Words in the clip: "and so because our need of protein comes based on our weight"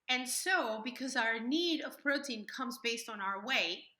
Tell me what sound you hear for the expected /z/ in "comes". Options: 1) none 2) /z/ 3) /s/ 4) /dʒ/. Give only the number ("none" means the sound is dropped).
2